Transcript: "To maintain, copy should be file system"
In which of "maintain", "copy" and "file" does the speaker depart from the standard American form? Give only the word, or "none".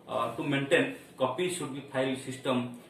file